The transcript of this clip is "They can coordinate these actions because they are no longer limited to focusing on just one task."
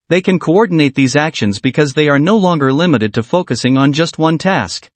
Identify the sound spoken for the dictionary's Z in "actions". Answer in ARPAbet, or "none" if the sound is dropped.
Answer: Z